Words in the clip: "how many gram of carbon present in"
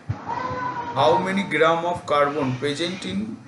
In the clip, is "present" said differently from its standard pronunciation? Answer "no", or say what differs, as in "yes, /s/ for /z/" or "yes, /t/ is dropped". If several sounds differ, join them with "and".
yes, /ɹ/ is dropped